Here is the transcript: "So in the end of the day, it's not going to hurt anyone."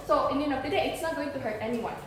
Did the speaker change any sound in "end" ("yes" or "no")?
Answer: yes